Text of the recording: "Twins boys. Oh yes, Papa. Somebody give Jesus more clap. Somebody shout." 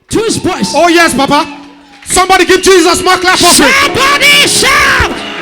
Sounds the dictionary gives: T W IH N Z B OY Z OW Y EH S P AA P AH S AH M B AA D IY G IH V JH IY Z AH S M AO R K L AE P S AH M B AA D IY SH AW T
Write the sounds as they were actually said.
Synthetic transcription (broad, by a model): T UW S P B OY S OW Y EH S P AA P AH S AH M B AA D IY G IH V JH IY Z AH S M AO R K L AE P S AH B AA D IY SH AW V